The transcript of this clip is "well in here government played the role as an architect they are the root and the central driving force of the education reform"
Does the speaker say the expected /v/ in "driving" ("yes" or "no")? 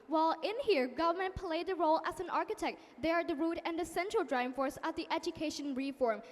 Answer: no